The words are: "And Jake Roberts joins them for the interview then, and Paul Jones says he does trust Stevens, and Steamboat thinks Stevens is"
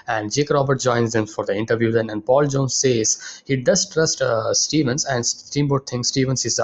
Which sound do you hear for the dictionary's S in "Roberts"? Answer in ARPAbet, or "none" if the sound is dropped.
none